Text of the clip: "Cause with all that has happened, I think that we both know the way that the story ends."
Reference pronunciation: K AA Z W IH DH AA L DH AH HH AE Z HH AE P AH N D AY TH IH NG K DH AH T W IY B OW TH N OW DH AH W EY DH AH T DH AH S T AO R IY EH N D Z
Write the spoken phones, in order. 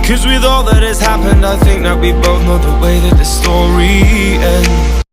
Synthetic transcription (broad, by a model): K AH Z W IH DH AA L DH AH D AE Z HH AE P AH N D AY TH IH NG K DH AH T W IY B OW TH N OW DH AH W EY DH AH T DH AH S T AO R IY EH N